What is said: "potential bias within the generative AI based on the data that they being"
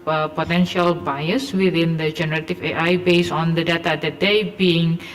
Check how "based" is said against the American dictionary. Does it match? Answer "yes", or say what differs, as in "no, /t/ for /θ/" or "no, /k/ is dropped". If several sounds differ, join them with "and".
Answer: no, /t/ is dropped